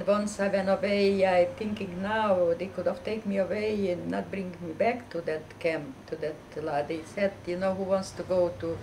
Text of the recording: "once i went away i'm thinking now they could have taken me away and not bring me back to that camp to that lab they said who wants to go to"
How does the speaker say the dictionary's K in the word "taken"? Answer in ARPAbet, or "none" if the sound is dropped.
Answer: none